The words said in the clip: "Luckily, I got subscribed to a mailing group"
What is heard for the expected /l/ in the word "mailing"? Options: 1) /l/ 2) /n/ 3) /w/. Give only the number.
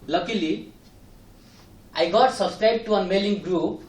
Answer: 1